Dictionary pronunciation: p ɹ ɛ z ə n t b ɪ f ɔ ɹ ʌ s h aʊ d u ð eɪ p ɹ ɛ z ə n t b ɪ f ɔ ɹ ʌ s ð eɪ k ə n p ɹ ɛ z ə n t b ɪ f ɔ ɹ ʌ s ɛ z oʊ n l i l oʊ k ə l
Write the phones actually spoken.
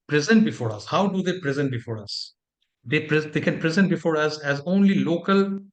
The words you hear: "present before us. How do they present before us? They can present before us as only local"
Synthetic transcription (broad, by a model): p ɹ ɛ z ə n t b ɪ f ɔ ɹ ʌ s h aʊ d u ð eɪ p ɹ ɛ z ə n t b ɪ f ɔ ɹ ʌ s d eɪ k ə n p ɹ ɛ z ə n t b ɪ f ɔ ɹ ʌ s ɛ z oʊ n l i l oʊ k ə l